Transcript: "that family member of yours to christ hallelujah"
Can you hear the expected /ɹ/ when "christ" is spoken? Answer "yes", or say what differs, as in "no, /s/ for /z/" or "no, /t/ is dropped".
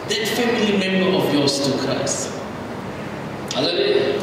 no, /ɹ/ is dropped